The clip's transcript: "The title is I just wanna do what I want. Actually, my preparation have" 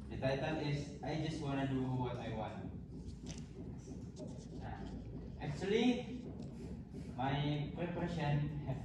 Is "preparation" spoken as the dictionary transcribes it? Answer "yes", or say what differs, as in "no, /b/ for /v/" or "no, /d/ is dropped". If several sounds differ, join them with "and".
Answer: no, /ɹ/ is dropped